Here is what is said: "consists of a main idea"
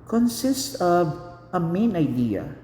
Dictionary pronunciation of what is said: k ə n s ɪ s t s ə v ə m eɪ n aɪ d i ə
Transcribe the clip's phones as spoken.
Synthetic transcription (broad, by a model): k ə n s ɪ s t ə v ə m eɪ n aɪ d i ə